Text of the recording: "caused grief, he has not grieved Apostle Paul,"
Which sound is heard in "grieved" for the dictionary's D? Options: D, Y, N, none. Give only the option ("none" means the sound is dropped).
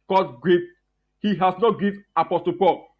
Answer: none